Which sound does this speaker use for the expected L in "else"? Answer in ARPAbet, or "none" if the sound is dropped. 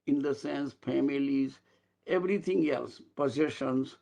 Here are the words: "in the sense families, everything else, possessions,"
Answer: L